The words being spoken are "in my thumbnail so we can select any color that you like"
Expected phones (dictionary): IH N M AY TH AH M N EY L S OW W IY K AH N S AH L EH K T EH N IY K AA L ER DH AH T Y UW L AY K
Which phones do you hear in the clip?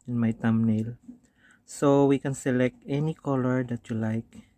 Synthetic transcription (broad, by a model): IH N M AY T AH M N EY L S OW W IY K AH N S AH L EH K T EH N IY K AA L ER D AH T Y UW L AY K